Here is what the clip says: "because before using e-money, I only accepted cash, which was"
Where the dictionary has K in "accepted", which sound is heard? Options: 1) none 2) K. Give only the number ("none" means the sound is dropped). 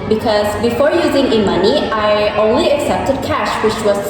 2